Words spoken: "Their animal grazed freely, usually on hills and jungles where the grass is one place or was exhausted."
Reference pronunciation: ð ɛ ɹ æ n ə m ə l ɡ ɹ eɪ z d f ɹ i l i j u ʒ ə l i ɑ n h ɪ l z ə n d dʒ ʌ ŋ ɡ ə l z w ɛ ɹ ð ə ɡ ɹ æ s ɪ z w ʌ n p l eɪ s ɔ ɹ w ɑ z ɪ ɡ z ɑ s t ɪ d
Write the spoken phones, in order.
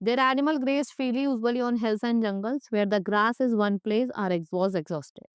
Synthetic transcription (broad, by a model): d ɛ ɹ æ n ə m ə l ɡ ɹ eɪ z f i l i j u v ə l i ɑ n h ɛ l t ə n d dʒ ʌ ŋ ɡ ə l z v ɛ ɹ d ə ɡ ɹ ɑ s ɪ z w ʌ n p l eɪ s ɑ ɹ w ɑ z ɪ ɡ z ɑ s t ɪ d